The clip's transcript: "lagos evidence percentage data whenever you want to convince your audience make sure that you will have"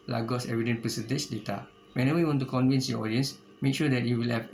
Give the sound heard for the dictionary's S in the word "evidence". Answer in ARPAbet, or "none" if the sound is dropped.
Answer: none